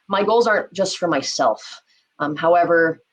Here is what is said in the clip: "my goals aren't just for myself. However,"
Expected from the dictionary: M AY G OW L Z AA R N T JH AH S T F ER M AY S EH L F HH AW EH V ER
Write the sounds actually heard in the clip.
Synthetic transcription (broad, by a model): M AY G OW L Z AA R N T JH AH S T F ER M AY S EH L F HH AW EH V ER